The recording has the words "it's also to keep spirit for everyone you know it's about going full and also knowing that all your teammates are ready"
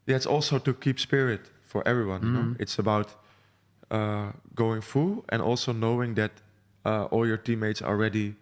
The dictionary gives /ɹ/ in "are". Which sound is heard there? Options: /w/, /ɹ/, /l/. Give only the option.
/l/